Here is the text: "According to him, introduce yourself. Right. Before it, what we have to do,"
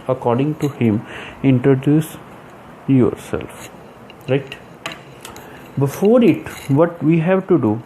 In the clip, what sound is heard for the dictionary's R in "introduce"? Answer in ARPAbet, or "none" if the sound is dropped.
R